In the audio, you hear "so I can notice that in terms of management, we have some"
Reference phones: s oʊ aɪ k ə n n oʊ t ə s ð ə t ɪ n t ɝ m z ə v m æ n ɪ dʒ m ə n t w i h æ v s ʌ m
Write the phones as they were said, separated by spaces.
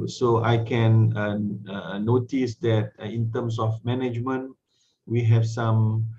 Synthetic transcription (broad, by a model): s oʊ aɪ k ə n n oʊ t ə s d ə t ɪ n t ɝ m s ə f m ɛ n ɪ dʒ m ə n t w i h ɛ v s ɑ m